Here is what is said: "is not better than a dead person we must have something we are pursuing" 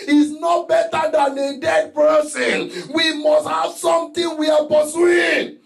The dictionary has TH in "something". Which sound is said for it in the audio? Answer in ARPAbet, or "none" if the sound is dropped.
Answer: T